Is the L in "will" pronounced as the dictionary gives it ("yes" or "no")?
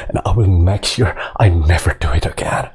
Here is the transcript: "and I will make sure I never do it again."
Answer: no